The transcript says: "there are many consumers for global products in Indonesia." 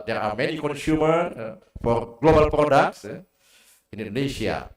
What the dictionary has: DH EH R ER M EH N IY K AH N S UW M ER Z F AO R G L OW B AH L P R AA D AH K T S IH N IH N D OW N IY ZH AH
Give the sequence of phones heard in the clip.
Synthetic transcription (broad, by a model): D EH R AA M EH N IY K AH N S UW M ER F AO R G L OW B AH L P R AA D AH K T S IH N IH N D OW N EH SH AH